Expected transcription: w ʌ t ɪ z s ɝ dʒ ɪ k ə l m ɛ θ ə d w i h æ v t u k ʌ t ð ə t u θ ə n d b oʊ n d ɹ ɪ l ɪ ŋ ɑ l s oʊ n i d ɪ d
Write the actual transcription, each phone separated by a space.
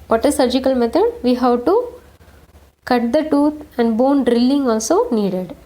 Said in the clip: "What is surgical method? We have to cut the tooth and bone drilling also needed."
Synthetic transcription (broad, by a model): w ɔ t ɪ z s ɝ dʒ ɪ k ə l m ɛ t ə d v i h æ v t u k ʌ t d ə t u t ə n d b oʊ n d ɹ ɪ l ɪ ŋ ɑ l s oʊ n i d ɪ d